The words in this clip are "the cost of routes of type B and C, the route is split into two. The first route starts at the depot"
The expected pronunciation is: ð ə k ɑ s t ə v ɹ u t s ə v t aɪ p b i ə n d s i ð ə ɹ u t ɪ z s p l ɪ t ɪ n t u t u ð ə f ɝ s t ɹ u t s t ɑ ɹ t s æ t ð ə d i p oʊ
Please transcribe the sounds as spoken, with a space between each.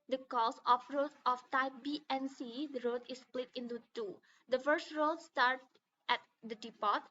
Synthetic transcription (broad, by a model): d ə k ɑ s ə f ɹ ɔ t ə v t aɪ p b i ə n s i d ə ɹ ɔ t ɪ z s p l ɪ t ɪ n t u t u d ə f ɝ s t ɹ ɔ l s t ɑ ɹ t æ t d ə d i p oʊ